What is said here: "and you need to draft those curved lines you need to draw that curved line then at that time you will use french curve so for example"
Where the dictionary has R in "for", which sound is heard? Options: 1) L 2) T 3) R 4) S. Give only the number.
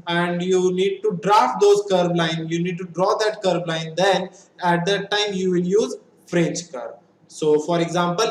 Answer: 3